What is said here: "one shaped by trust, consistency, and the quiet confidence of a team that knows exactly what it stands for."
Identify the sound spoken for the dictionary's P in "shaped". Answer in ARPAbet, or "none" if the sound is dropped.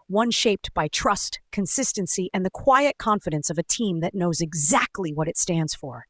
P